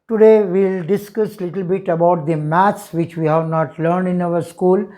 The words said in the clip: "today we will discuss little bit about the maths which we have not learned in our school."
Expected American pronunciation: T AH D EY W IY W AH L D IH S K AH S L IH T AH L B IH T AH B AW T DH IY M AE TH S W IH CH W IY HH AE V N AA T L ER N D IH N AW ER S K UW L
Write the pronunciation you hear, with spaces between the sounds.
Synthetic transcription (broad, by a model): T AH D EY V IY L D IH S K AH S L IH T AH L B IH T AH B AW T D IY M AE T S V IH CH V IY HH AE V N AA T L ER N D IH N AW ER S K UW L